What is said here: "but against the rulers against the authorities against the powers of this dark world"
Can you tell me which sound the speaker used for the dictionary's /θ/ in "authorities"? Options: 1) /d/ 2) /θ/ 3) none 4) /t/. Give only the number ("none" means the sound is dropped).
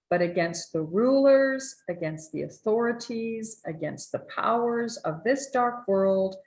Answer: 2